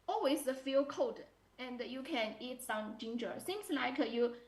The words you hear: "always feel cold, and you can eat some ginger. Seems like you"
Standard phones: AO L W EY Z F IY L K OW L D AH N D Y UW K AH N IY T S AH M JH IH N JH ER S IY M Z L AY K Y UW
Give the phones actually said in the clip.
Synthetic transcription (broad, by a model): AO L W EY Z F IY L K OW D AH N D Y UW K AH N IY T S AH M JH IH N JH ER S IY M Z L AY K Y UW